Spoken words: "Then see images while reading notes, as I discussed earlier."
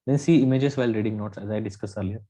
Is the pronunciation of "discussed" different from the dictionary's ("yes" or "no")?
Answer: yes